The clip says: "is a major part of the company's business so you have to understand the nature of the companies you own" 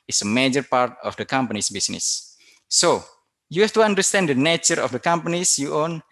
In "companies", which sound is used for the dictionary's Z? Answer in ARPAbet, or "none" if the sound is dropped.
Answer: S